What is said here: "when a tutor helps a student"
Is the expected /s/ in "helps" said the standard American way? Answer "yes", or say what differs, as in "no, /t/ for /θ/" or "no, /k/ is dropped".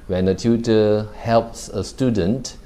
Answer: yes